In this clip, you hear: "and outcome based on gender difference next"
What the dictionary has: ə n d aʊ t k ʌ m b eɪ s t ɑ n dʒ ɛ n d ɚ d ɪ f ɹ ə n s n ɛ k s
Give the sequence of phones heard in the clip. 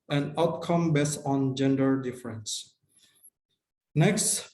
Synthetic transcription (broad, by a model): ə n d aʊ t k ʌ m b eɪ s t ɑ n dʒ ɛ n d ɚ d ɪ f ɹ ə n s n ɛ k s